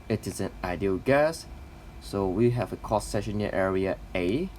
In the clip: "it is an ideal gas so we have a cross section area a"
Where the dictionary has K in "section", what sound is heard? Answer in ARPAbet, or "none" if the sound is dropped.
none